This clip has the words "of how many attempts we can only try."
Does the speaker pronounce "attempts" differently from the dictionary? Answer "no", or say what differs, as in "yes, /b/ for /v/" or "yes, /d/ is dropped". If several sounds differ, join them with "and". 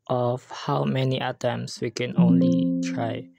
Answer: yes, /p/ is dropped